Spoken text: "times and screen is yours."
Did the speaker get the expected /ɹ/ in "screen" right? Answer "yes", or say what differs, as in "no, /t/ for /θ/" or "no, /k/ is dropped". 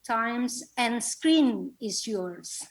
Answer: yes